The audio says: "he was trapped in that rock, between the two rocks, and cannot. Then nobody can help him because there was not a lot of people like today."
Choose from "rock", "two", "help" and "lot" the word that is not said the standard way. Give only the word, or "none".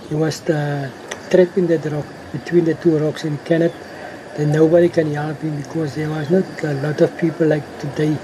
none